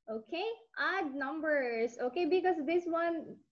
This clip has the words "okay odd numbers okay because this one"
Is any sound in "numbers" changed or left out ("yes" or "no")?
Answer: yes